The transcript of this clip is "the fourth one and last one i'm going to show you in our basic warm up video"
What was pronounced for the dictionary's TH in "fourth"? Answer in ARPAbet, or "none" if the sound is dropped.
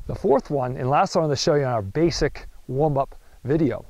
TH